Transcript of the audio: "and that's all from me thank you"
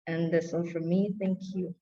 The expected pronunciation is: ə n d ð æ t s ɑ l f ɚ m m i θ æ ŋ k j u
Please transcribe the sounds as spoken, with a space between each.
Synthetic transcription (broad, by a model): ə n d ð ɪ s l f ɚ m m i θ æ ŋ k j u